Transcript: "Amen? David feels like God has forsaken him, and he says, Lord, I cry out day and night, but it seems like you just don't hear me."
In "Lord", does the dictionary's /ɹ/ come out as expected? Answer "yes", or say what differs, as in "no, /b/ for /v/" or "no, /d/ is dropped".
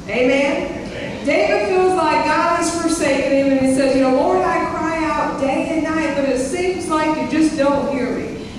no, /w/ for /ɹ/